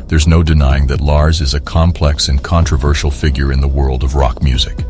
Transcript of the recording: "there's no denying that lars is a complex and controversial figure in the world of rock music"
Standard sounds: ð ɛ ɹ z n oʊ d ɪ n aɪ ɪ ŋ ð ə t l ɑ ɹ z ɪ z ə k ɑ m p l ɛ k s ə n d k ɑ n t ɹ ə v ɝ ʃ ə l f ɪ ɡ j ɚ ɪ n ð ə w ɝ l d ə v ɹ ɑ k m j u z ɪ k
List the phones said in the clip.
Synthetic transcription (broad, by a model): ð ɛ ɹ z n oʊ d ɪ n aɪ ɪ ŋ ð ə t l ɑ ɹ z ɪ z ə k ɑ m p l ɛ k s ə n k ɑ n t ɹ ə v ɝ ʃ l f ɪ ɡ j ɚ ɪ n ð ə w ɝ l d ə v ɹ ɑ k m j u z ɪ k